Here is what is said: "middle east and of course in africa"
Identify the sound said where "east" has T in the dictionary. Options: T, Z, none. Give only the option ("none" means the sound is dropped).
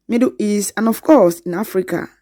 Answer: none